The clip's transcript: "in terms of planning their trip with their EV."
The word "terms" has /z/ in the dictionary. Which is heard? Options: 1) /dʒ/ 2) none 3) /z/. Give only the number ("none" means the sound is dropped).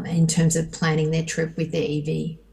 3